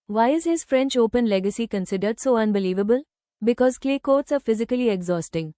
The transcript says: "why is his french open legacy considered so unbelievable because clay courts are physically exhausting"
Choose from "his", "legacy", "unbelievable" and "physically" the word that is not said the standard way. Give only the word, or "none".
none